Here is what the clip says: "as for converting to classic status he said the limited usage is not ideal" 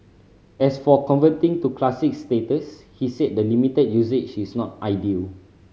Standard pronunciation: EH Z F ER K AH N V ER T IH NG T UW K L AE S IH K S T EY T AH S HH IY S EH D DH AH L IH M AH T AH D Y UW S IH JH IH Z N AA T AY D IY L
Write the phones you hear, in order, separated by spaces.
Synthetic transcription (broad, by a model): EH S F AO K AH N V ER T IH NG T UW K L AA S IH K S T EY T AH S HH IY S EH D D AH L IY M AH T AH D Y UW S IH CH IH S N AA T AY D IY L